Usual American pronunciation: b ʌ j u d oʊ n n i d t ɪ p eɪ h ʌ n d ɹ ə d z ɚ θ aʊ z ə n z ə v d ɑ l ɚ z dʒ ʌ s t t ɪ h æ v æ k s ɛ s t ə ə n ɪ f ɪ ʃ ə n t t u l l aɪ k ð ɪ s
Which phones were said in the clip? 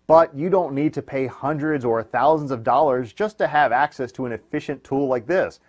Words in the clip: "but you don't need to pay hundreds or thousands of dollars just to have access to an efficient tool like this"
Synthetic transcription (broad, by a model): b ʌ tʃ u d oʊ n n i d t ɪ p eɪ h ʌ n d ɹ ə d z ɚ θ aʊ z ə n z ə v d ɑ l ɚ z dʒ ʌ s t t ɪ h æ v æ k s ɛ s t ə ə n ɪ f ɪ ʃ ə n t t u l l aɪ k ð ɪ s